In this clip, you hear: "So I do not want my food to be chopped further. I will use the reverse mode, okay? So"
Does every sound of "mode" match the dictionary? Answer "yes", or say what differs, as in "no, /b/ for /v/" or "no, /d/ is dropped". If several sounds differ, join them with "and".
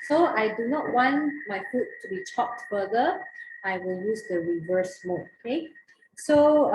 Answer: no, /d/ is dropped